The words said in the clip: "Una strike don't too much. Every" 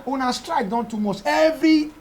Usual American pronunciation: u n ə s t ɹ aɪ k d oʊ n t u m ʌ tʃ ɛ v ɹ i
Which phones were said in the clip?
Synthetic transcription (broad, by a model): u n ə s t ɹ aɪ k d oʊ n t u m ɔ s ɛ v ɹ i